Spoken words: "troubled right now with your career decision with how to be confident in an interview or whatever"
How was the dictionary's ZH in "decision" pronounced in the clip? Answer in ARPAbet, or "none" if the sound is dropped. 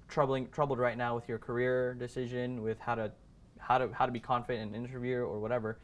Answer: ZH